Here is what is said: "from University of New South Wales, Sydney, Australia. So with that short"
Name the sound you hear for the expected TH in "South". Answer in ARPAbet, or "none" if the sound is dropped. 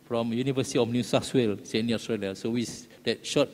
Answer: S